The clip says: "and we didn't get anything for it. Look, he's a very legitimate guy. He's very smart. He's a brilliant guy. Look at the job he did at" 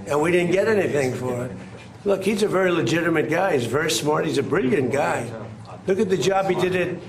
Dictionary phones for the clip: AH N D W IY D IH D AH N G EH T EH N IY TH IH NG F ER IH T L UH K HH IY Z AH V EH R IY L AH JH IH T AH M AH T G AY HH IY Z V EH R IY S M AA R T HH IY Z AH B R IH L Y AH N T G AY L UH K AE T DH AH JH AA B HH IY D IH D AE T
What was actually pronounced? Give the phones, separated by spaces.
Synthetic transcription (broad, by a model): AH N W IY D IH D N G EH T EH N IY TH IH NG F ER IH T L UH K HH IY Z AH V EH R IY L AH JH IH T AH M AH T G AY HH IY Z V EH R IY S M AA R T HH IY Z AH B R IH L Y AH N G AY L UH K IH T DH AH JH AA B HH IY D IH D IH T